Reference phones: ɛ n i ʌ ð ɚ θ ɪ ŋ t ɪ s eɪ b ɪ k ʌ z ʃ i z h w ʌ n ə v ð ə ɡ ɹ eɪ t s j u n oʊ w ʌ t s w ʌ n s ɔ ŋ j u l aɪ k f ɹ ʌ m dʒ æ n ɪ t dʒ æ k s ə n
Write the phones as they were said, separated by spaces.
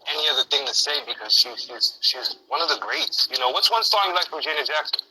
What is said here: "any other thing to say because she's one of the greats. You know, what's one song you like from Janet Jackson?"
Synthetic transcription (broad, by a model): ɛ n i ʌ ð ɚ θ ɪ ŋ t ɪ s eɪ b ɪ k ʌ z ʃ i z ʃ w ʌ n ə v ð ə ɡ ɹ eɪ t s j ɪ n oʊ w ʌ t s w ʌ n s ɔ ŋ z l aɪ k f ɹ ʌ m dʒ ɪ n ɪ dʒ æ k s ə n